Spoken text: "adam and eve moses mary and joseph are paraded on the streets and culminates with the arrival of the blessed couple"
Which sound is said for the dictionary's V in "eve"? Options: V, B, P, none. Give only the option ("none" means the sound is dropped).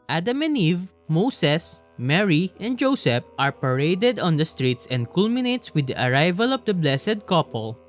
V